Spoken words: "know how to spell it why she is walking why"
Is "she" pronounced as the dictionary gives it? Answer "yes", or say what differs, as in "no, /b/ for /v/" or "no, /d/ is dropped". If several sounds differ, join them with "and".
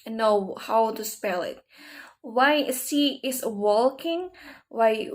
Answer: no, /s/ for /ʃ/